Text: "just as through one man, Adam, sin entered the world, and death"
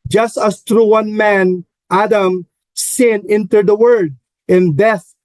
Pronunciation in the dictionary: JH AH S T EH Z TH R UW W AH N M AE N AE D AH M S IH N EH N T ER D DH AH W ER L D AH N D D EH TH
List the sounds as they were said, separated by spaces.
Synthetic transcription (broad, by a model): JH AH S T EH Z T R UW W AH N M AE N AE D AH M S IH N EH N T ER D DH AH W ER D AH N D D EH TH